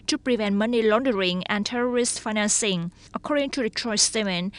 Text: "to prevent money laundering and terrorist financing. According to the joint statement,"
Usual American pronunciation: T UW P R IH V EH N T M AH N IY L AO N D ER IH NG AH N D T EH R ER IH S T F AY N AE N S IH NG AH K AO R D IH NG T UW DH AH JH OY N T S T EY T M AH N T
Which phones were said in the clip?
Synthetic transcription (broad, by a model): T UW P R IH V EH N T M AH N IY L AO N D ER IH NG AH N T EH R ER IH S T F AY N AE N S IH NG AH K AO R D IH NG T UW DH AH CH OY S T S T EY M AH N